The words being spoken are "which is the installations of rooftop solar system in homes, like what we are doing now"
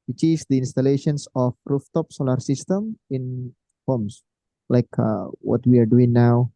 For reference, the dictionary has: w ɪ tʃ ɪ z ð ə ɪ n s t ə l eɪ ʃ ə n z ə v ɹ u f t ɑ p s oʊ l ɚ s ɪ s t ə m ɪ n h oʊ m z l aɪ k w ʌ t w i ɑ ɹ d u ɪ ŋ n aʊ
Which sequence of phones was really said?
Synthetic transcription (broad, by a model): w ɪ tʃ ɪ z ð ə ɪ n s t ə l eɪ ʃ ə n s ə f ɹ u f t ɑ p s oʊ l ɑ s ɪ s t ə m ɪ n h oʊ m s l aɪ k w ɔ t w i ɑ ɹ d u ɪ ŋ n aʊ